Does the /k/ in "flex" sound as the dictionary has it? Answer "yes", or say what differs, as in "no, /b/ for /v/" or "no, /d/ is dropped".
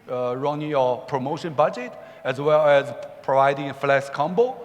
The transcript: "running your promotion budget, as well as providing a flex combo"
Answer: no, /k/ is dropped